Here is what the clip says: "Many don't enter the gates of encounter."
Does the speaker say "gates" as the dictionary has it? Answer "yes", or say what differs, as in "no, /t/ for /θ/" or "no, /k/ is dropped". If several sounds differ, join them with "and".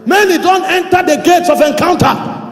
yes